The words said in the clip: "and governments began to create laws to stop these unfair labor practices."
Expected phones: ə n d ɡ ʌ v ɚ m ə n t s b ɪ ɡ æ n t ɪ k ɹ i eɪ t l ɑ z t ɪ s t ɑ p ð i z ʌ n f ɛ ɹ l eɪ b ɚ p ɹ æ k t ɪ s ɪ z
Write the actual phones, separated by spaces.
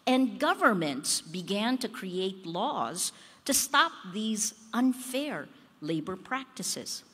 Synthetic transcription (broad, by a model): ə n ɡ ʌ v ɚ m ə n t s b ɪ ɡ æ n t ɪ k ɹ i eɪ t l ɑ z t ɪ s t ɑ p ð i z ʌ n f ɛ ɹ l eɪ b ɚ p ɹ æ k t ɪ s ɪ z